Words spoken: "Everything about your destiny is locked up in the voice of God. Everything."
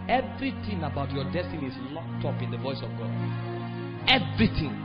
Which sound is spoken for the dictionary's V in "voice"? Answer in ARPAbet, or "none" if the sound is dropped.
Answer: V